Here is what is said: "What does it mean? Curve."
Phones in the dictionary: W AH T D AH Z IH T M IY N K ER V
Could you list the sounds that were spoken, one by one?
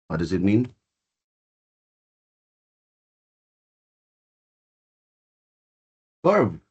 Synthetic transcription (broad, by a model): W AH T D AH Z IH T M IY N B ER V